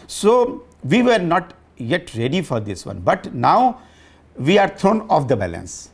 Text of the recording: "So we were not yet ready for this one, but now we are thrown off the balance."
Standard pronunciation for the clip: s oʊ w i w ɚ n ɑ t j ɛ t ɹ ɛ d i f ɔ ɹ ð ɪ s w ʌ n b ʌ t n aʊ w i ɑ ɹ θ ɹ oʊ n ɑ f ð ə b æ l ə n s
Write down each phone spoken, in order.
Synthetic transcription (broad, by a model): s oʊ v i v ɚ n ɑ t j ɛ t ɹ ɛ d i f ɔ ɹ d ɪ s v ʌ n b ʌ t n aʊ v i ɑ ɹ t ɹ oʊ n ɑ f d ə b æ l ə n s